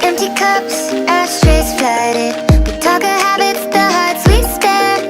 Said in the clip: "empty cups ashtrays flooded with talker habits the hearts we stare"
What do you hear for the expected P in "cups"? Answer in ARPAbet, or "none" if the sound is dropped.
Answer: P